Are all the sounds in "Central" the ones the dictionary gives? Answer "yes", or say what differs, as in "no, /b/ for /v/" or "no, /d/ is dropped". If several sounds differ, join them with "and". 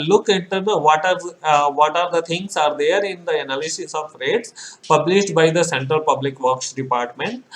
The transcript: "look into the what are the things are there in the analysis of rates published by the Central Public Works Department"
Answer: no, /ɹ/ is dropped